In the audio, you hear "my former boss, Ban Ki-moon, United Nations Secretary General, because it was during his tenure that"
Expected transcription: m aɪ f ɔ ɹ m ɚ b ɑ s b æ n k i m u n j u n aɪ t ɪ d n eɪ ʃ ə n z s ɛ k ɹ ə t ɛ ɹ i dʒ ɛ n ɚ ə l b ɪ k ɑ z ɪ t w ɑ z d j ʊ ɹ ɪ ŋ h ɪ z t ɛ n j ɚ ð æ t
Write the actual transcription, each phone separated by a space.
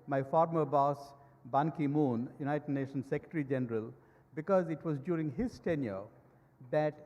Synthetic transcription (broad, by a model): m aɪ f ɔ ɹ m ɚ b ɑ s b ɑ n k i m u n j u n aɪ t ɪ d n eɪ ʃ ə n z s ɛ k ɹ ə t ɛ ɹ i dʒ ɛ n ɚ ə l b ɪ k ɑ z ɪ t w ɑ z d j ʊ ɹ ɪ ŋ h ɪ z t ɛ n j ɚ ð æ t